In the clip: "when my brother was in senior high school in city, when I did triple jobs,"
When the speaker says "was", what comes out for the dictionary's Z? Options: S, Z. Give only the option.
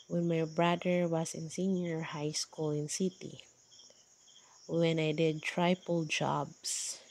S